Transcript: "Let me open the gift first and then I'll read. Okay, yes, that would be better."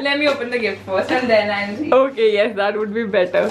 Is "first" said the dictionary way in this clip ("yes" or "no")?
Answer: no